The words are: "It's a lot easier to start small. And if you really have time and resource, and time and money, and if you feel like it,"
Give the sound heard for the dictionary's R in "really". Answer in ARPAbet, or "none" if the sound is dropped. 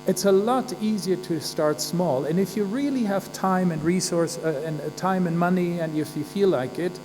R